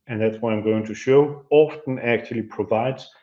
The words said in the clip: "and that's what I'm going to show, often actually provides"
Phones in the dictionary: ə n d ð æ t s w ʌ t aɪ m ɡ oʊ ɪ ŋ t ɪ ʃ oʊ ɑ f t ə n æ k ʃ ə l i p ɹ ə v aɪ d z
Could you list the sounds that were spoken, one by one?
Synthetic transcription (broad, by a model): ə n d ð æ t s w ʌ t aɪ m ɡ oʊ ɪ ŋ t ɪ ʃ oʊ ɑ f t ə n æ k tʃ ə l i p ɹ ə v aɪ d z